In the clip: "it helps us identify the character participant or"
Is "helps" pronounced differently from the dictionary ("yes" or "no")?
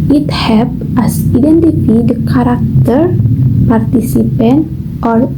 yes